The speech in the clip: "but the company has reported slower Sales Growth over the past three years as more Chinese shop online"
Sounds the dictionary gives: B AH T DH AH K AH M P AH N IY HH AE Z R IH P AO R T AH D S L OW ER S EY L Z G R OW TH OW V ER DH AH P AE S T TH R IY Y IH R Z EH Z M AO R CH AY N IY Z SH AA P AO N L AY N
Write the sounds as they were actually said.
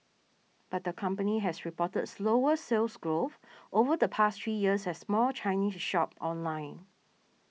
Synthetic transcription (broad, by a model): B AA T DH AH K AH M P AH N IY HH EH S R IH P AO T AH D S L OW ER S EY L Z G R OW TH OW V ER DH AH P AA S T R IY Y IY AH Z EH S M AO L CH AY N IY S SH AA P AO N L AY N